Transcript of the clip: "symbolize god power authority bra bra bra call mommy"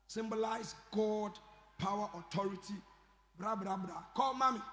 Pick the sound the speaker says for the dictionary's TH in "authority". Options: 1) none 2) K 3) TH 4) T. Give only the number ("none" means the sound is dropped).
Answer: 4